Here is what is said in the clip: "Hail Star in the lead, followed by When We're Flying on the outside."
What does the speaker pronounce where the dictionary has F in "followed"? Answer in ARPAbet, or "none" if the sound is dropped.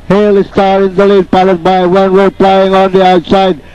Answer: P